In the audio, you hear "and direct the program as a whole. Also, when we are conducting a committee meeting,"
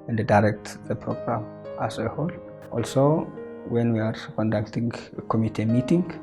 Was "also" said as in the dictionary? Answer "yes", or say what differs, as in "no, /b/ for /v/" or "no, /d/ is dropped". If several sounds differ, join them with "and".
yes